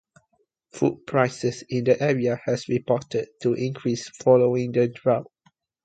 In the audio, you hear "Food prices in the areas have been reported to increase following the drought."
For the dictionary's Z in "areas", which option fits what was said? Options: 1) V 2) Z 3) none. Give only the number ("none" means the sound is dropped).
3